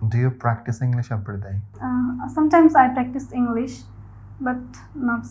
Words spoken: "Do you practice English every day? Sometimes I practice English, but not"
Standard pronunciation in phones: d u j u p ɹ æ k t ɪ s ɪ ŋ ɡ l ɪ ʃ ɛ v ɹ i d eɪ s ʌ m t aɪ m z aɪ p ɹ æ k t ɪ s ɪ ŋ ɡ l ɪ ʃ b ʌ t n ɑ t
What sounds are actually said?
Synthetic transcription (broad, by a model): d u j u p ɹ æ k t ɪ s ɪ ŋ ɡ l ɪ ʃ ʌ p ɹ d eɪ s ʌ m t aɪ m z aɪ p ɹ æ k t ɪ s ɪ ŋ ɡ l ɪ ʃ b ʌ t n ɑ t